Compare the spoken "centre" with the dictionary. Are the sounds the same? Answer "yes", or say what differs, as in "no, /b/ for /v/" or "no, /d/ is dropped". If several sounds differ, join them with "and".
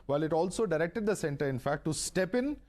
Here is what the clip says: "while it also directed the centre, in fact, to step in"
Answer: yes